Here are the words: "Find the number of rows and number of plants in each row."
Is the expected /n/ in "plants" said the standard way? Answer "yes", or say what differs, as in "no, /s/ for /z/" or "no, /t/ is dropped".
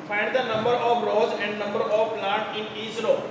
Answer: no, /n/ is dropped